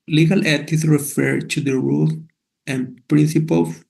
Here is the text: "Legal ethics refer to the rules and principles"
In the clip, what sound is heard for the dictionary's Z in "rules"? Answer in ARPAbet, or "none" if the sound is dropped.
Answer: none